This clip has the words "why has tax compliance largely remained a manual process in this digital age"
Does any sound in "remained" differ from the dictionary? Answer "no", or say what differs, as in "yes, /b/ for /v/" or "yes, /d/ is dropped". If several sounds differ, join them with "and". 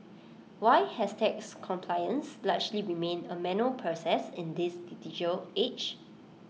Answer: yes, /d/ is dropped